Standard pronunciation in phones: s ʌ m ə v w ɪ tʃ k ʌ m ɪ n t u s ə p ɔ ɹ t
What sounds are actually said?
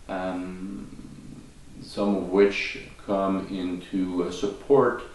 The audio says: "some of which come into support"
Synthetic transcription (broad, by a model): s ʌ m ə v w ɪ tʃ k ʌ m ɪ n t u s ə p ɔ ɹ t